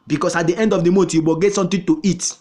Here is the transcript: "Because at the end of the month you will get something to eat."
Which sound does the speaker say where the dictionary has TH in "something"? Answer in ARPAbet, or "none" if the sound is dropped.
T